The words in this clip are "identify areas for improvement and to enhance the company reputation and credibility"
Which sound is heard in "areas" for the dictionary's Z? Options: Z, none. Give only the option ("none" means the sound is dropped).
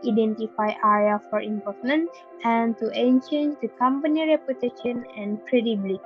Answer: none